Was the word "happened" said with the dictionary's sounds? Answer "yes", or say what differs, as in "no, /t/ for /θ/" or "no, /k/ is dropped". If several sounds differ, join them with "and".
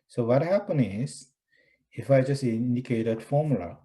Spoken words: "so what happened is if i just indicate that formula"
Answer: no, /d/ is dropped